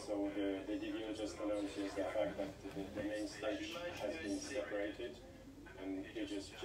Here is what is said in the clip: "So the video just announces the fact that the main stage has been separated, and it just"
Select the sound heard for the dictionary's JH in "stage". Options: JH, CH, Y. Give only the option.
CH